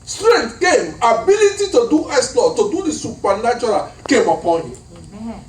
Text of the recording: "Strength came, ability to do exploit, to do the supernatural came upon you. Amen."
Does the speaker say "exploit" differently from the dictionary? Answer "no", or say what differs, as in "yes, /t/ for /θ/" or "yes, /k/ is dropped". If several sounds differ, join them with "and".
yes, /k/ is dropped and /p/ is dropped